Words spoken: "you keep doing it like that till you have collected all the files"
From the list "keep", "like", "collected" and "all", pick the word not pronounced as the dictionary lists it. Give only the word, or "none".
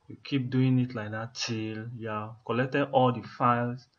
collected